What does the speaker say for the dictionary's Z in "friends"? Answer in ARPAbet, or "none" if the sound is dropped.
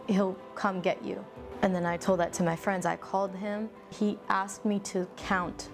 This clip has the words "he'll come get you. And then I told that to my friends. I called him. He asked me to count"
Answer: Z